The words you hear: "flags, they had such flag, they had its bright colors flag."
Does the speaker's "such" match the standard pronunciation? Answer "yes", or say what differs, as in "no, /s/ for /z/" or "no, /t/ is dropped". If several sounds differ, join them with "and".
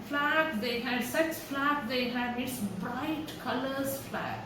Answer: no, /s/ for /tʃ/